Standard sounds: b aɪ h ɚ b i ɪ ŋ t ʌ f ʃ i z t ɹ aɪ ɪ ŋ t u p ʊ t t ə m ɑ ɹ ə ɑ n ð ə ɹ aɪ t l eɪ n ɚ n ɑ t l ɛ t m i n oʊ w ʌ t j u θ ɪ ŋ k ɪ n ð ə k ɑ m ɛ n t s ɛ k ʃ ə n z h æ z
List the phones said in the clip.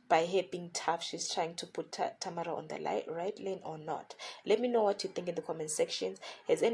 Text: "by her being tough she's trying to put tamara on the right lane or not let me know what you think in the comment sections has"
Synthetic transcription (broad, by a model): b aɪ h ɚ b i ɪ ŋ t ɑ f ʃ i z t ɹ aɪ ɪ ŋ t u p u t t ə m ɑ ɹ ə ɑ n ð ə ɹ aɪ t l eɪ n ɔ n ɑ t l ɛ t m i n oʊ w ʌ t j u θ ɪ ŋ k ɪ n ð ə k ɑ m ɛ n s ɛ k ʃ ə n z h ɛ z